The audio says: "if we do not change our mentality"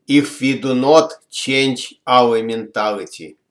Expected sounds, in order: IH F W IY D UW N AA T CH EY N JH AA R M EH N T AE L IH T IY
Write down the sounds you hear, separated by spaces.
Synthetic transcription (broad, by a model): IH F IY D UW N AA T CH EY N CH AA L M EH N T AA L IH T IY